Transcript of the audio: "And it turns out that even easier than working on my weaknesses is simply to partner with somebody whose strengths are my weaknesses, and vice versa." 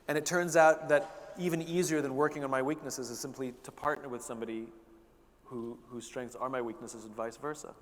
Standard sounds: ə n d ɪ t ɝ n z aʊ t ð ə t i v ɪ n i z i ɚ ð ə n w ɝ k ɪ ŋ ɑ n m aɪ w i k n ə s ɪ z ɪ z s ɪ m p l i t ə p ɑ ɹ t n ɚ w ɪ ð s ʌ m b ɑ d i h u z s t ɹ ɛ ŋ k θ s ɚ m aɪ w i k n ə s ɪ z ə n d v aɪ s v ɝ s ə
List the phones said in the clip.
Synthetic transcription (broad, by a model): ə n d ɪ t ɝ n z aʊ t ð ə t i v ɪ n i z i ɚ ð ə n w ɝ k ɪ ŋ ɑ n m aɪ w i k n ə s ɪ z ɪ z s ɪ m p l i t ə p ɑ ɹ t n ɚ w ɪ ð s ʌ m b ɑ d i h u z s t ɹ ɛ ŋ k θ s ɚ m aɪ w i k n ə s ɪ z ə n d v aɪ s v ɝ s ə